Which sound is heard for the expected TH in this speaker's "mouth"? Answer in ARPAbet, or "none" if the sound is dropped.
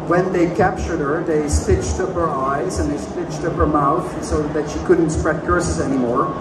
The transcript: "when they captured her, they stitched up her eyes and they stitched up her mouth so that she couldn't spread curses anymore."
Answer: TH